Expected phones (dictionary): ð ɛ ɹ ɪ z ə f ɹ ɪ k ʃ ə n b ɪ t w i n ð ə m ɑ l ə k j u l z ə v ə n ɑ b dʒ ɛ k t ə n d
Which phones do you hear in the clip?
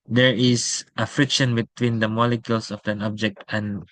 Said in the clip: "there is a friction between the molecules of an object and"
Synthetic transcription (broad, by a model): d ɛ ɹ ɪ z ə f ɹ ɪ k ʃ ə n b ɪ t w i n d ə m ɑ l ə k j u l s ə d ə n ɑ b dʒ ɛ k t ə n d